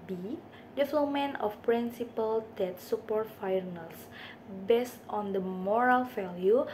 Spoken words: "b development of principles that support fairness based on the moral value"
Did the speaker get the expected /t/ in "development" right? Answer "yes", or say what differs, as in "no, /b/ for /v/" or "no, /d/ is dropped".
no, /t/ is dropped